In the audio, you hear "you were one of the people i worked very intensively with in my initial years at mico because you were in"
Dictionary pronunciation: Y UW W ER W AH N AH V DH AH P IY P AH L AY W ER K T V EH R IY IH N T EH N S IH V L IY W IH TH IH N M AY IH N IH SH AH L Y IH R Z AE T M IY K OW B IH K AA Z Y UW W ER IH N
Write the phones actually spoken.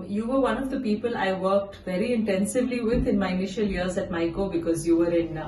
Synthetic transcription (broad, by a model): Y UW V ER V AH N AH V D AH P IY P AH L AY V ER K T V EH R IY IH N T EH N S IH V L IY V IH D IH N M AY IH N IH SH AH L Y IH R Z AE T M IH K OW B IH K AA Z Y UW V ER IH N